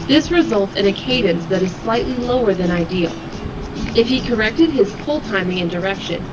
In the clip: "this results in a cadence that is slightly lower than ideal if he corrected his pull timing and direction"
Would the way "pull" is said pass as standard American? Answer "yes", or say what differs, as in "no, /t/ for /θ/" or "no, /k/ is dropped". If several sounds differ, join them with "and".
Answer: no, /f/ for /p/